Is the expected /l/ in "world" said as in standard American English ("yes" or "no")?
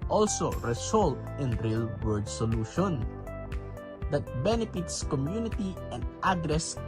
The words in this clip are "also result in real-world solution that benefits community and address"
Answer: no